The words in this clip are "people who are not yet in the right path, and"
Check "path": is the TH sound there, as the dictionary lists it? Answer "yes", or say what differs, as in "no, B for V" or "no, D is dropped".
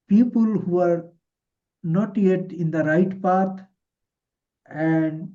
no, T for TH